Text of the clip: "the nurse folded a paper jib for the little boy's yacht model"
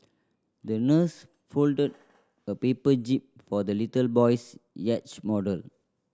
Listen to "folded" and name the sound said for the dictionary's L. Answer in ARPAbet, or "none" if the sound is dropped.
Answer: L